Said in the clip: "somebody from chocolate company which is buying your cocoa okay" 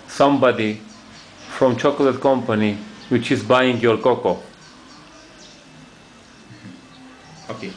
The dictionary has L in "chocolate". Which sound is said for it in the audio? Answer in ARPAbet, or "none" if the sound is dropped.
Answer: L